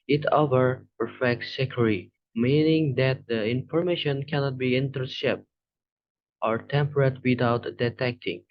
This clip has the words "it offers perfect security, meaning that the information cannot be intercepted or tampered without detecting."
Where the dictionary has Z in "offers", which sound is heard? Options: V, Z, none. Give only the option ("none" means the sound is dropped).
none